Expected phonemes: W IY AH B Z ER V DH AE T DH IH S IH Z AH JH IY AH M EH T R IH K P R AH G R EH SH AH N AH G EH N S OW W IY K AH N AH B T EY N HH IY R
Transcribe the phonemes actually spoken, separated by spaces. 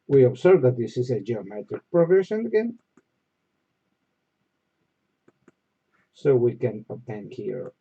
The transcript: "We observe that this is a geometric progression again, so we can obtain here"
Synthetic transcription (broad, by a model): W IY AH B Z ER V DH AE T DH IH S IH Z AH JH IY AH M EH T R IH K P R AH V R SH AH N AH G EH N S OW W IY K AH N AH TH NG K HH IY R